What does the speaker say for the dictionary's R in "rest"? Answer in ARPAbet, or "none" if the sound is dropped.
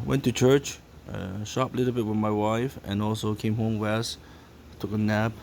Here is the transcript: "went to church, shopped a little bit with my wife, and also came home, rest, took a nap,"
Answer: W